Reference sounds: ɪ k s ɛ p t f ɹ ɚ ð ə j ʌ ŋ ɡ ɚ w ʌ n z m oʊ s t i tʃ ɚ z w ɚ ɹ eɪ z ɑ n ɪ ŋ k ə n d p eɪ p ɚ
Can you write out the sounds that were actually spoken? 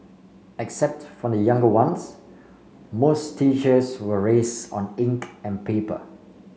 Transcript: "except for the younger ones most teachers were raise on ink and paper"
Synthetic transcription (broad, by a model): ɪ k s ɛ p t f ɹ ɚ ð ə j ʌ ŋ ɡ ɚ w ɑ n s m oʊ s t i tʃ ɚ s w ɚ ɹ eɪ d ɑ n ɪ ŋ k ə n p eɪ p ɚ